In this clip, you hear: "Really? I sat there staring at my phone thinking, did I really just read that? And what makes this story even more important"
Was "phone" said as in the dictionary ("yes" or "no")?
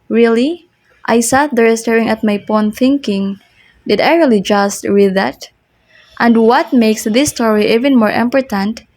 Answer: no